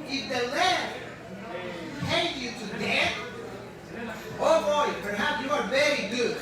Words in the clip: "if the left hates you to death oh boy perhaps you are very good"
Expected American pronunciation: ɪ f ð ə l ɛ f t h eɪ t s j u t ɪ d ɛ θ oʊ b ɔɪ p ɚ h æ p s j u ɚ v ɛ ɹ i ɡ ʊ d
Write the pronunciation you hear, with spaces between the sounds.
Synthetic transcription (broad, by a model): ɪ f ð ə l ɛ t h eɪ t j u t ɪ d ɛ t oʊ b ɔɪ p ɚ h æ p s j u ɚ v ɛ ɹ i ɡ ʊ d